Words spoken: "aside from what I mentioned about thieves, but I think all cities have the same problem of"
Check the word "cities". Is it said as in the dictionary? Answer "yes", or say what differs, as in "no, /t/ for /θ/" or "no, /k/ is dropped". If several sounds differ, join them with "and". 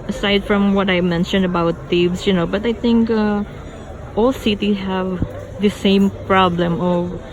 no, /z/ is dropped